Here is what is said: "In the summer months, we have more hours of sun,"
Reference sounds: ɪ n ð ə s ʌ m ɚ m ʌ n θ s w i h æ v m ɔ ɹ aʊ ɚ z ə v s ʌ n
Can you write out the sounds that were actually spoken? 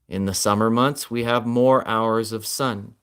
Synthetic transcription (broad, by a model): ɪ n ð ə s ʌ m ɚ m ʌ n θ s w i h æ v m ɔ ɹ aʊ ɚ z ə v s ʌ n